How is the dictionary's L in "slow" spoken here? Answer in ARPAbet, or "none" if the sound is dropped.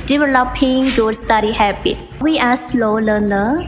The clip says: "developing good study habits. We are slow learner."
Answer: L